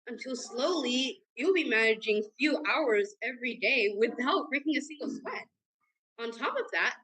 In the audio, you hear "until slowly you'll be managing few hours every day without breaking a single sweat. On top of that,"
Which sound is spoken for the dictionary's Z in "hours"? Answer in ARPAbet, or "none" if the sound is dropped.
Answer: Z